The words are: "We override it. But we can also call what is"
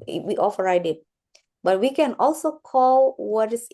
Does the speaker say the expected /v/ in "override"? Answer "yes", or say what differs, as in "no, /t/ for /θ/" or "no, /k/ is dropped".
no, /f/ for /v/